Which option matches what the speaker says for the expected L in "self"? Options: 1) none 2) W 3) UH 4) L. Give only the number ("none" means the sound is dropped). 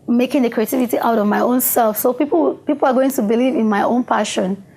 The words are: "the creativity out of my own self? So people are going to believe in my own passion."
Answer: 4